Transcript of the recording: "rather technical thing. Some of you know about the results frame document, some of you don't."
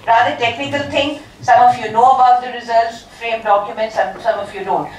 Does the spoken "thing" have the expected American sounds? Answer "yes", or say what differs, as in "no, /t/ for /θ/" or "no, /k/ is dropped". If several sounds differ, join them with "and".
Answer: no, /t/ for /θ/